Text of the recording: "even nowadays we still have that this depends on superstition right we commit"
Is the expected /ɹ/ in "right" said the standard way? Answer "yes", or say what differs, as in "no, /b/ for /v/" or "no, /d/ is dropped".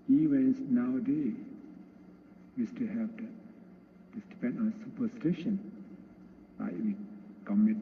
no, /l/ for /ɹ/